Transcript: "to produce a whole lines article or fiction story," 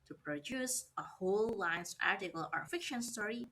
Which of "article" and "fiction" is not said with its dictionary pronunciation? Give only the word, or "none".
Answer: none